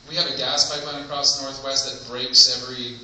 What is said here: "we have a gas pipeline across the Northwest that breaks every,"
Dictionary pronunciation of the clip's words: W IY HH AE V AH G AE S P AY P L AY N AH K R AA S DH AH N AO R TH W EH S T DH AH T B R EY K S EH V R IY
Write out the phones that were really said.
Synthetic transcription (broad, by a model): W IY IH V AH G AE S P AY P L AY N AH K R AA S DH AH N AO R TH W EH S T DH AH T B R EY K S EH V R IY